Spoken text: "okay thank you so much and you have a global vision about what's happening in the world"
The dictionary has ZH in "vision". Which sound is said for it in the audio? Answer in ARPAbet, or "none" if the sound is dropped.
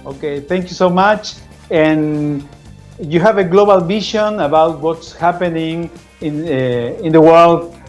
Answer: SH